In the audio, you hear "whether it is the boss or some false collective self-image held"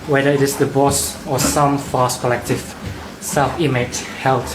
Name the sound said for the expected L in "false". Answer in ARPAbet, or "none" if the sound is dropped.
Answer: none